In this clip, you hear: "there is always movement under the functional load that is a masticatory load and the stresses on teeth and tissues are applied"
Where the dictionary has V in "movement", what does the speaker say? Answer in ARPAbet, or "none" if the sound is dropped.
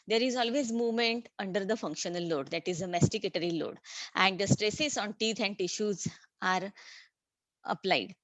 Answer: V